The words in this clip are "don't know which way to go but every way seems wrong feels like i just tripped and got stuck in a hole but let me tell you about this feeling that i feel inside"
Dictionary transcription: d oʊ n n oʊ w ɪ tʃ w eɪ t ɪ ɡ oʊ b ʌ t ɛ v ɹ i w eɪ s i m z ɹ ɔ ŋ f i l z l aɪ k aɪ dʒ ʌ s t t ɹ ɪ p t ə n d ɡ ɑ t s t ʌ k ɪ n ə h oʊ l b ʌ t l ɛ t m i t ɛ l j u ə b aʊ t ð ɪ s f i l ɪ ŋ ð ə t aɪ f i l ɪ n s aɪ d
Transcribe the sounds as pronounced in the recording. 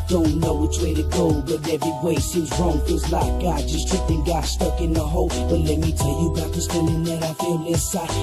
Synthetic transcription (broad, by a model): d oʊ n n oʊ w ɪ tʃ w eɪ t ɪ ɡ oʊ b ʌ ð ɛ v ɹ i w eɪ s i z ɹ ɔ ŋ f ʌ z l aɪ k aɪ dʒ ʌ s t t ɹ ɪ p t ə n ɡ ɑ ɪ s t ʌ k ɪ n ə h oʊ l b ʌ t l ɛ t m i t ɛ l j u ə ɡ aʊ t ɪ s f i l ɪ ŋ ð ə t aɪ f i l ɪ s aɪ